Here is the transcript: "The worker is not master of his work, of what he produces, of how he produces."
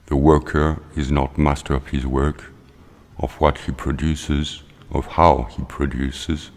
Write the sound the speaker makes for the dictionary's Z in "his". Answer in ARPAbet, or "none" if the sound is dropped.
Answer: Z